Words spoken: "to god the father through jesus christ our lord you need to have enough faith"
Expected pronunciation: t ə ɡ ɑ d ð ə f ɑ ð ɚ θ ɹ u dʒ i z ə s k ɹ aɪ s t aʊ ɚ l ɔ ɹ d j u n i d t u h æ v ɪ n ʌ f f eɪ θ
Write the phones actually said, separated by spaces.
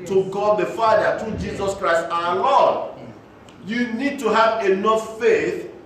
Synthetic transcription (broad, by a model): t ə ɡ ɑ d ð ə f ɑ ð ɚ t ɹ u dʒ i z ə s k ɹ aɪ s t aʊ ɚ l ɔ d j u n i d t u h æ v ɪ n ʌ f f eɪ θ